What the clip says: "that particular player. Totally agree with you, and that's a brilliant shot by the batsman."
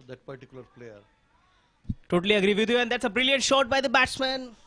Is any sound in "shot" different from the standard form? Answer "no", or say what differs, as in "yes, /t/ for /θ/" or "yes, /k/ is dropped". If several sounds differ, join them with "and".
no